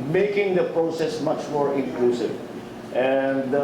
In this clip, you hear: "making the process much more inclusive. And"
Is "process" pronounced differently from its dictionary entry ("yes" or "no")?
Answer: no